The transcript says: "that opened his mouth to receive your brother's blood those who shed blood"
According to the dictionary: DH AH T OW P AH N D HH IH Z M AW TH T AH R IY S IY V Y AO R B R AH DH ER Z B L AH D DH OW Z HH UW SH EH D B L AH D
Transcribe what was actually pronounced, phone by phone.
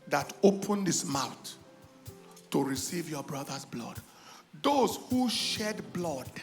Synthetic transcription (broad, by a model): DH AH T OW P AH N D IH S M AW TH T AH R IY S IY V Y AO B R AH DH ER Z B L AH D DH OW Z HH UW SH EH D B L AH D